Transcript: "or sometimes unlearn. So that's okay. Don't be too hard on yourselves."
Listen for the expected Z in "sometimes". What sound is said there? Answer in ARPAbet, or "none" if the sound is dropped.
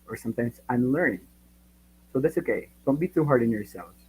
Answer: S